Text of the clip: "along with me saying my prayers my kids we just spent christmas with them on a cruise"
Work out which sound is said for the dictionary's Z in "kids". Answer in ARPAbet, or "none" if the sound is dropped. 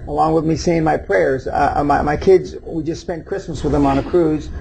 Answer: Z